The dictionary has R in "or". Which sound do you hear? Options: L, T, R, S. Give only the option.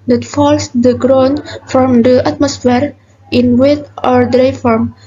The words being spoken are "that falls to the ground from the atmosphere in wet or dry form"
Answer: R